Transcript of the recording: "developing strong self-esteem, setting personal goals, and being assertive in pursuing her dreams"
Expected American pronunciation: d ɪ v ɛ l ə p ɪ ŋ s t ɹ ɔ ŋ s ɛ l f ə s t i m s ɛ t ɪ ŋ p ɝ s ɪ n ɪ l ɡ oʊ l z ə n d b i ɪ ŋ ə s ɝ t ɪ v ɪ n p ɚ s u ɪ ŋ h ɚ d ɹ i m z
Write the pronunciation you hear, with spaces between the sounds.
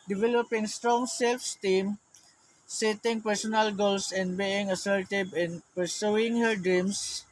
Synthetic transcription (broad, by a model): d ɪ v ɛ l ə p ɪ ŋ s t ɹ ɔ ŋ s ɛ l f s t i m s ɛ t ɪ ŋ p ɝ s ɪ n ɪ l ɡ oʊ l s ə n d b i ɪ ŋ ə s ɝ t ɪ b ɪ n p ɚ s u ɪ ŋ h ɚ d ɹ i m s